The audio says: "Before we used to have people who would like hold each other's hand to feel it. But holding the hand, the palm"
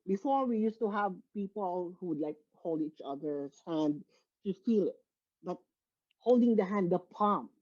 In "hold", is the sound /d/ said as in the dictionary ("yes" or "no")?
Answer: yes